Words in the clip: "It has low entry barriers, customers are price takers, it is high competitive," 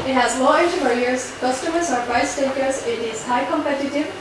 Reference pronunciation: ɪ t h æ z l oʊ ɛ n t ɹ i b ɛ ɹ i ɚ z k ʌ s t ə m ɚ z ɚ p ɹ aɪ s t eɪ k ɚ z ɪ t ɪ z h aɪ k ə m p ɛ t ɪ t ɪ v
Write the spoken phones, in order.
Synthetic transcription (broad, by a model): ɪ t h æ z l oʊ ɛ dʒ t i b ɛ l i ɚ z k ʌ s t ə m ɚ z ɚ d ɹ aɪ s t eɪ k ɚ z ɪ t ɪ z h aɪ k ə m p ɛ t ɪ t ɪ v